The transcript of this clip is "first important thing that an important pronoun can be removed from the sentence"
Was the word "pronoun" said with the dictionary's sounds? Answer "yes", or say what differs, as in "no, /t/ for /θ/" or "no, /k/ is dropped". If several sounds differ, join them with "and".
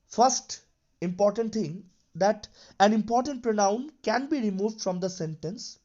yes